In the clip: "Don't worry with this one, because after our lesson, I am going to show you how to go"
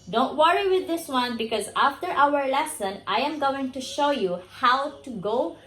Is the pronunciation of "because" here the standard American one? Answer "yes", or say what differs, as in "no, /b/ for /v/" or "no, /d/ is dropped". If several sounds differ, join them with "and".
yes